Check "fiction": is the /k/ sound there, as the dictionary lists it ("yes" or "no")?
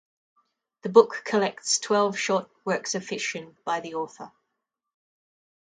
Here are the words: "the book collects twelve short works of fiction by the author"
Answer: no